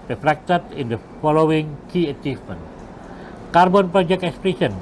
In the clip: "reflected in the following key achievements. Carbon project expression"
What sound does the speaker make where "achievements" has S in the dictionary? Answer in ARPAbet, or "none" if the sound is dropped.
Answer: none